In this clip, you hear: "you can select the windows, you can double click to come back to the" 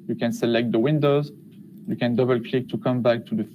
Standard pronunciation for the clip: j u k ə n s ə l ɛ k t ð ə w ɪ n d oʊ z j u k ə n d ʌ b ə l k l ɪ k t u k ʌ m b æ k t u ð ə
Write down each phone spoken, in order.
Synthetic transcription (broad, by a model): j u k ə n s ə l ɛ k t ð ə w ɪ n d oʊ z j u k ə n d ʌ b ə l k l ɪ k t u k ʌ m b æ k t u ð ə